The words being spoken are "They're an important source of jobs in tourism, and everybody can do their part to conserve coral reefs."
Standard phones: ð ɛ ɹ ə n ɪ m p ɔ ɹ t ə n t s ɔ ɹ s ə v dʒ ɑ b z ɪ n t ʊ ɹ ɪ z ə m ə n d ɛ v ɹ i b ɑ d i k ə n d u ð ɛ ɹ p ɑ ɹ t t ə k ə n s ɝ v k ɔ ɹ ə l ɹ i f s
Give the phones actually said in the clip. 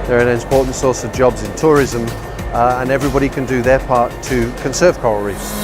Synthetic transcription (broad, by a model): ð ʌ ɹ ə n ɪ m p ɔ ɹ t n t s ɔ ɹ s ə v dʒ ɑ b z ɪ n t ʊ ɹ ɪ z ə m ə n ɛ v ɹ i b ɑ d i k ə n d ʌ ð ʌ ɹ p ɑ ɹ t t ə k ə n s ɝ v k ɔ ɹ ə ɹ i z